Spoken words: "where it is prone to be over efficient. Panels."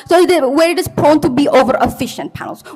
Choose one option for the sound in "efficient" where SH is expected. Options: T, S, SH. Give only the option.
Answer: SH